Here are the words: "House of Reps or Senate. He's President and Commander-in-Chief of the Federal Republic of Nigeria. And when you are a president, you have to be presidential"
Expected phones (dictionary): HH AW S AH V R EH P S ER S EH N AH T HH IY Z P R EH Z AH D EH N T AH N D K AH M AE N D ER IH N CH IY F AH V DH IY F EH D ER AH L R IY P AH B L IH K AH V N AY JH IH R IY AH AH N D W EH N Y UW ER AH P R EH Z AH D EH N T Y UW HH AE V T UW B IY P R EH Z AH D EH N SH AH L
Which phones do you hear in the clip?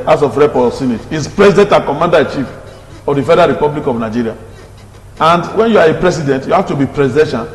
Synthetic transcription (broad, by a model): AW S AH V R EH P AO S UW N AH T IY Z P R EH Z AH D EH N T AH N K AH M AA N D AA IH CH IY F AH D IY F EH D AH R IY P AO B L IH K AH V N AY JH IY R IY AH AH N D W EH N Y UW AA AH P R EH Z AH D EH N T Y UW HH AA F T UW B IY P R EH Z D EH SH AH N